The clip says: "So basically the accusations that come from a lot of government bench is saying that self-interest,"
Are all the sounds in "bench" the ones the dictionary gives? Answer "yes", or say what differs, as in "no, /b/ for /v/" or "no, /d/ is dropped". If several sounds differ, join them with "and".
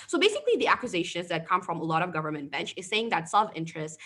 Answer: yes